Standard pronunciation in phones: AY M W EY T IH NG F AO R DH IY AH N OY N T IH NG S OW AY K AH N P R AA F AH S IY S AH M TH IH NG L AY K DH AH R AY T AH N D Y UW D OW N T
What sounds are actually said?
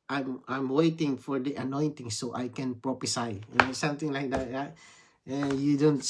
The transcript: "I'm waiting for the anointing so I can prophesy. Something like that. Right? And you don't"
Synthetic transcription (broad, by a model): AY M W EY T IH NG F AO R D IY AH N OY N T IH NG S OW AY K AH N P R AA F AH S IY S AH M T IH NG L AY K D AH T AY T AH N Y UW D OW N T